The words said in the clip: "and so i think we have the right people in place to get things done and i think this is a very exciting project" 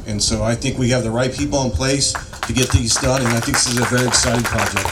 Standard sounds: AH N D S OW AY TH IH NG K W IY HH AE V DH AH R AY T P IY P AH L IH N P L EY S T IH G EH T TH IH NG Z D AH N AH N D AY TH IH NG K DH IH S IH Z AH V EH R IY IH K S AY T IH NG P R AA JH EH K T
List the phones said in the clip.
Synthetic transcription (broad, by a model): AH N S OW AY TH IH NG K W IY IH V DH AH R AY T P IY P L IH N P L EY S T IH G EH T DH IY Z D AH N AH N AY TH IH NG K DH IH S IH Z AH V EH R IY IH K S AY T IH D P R AA JH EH K T